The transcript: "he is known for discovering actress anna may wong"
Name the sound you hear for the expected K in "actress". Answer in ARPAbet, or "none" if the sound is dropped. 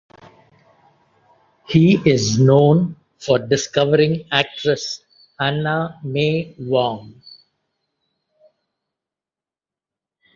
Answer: K